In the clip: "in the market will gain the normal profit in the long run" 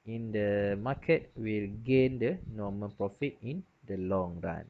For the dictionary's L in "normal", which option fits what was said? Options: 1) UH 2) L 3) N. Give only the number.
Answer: 3